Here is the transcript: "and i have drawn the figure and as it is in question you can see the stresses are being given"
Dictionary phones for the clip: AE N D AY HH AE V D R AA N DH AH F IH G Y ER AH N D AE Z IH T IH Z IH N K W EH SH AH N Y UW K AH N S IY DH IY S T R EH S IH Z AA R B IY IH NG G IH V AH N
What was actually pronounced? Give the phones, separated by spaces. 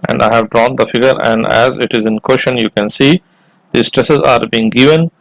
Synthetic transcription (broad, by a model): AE N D AY HH AE V D R AA N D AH F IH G ER AH N D AE Z IH T IH Z IH N K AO SH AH N Y UW K AH N S IY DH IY S T R EH S IH Z AA R B IY IH NG G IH V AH N